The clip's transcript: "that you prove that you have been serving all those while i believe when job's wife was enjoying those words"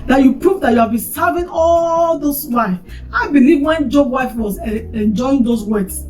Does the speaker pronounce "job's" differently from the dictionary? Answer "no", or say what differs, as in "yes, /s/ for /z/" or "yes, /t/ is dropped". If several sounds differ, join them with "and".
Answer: yes, /z/ is dropped